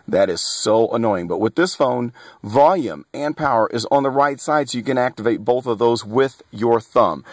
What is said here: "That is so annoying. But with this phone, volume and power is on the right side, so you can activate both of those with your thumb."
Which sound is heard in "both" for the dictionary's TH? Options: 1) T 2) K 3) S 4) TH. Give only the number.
4